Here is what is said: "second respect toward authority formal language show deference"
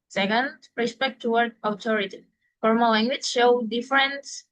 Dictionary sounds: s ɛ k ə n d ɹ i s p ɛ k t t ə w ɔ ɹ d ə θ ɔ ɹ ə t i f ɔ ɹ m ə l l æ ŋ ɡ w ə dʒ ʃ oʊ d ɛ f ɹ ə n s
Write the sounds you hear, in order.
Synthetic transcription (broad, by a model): s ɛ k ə n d ɹ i s p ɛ k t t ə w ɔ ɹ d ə t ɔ ɹ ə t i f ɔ ɹ m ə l l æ ŋ ɡ w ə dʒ ʃ oʊ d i f ɹ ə n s